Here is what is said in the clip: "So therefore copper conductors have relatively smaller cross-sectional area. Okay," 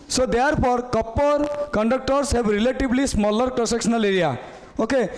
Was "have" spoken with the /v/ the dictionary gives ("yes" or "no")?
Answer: no